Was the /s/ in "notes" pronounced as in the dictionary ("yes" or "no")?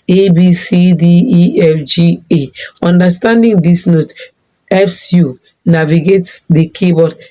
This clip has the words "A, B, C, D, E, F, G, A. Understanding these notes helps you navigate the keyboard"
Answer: no